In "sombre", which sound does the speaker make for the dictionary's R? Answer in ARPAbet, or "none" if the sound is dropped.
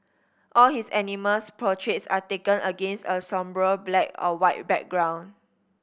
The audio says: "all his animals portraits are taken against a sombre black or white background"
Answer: R